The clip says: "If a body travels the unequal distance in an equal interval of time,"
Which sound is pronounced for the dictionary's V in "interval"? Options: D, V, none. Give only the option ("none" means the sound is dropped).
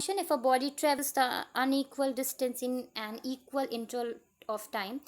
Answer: none